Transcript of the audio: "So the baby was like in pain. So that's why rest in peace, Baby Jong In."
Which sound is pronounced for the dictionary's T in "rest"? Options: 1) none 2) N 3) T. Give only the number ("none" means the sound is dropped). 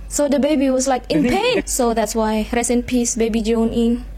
1